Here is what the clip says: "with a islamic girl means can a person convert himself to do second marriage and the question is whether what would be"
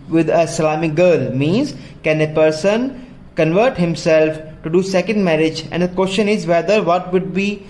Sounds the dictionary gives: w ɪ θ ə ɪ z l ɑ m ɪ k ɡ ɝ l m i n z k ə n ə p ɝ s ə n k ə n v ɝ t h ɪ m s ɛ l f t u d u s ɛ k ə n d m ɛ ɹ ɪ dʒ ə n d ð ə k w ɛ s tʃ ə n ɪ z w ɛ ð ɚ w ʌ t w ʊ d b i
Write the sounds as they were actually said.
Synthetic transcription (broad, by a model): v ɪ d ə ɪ l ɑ m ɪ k ɡ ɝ l m i n z k ə n ə p ɝ s ə n k ə n v ɝ t h ɪ m s ɛ l f t u d u s ɛ k ə n d m ɛ ɹ ɪ dʒ ə n d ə k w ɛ s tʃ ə n ɪ z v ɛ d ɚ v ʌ t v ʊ d b i